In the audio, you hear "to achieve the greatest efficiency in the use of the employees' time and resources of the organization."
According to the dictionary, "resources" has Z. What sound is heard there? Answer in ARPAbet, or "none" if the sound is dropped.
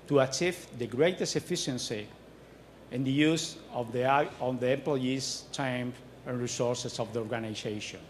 S